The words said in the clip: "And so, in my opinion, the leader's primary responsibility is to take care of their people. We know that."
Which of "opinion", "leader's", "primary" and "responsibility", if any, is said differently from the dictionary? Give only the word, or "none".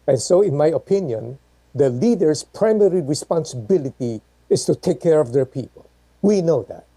leader's